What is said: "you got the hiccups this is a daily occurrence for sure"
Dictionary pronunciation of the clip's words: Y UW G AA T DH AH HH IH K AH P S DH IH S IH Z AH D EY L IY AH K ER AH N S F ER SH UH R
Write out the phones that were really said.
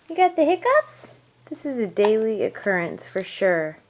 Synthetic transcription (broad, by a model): Y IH G AA T DH AH HH IH K AH P S DH IH S IH Z AH D EY L IY AH K ER AH N S F ER SH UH R